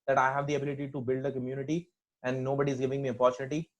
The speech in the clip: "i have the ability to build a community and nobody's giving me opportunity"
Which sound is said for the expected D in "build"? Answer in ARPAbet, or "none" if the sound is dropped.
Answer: D